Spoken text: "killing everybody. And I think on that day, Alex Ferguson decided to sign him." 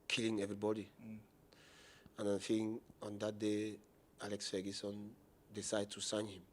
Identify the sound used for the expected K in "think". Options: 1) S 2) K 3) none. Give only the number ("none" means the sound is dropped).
3